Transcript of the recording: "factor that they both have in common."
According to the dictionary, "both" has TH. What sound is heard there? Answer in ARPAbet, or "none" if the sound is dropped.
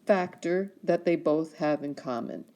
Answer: TH